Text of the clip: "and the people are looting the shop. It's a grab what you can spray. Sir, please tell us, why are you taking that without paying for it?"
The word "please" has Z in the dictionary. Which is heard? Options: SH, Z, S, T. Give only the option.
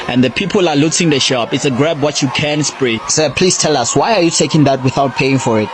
S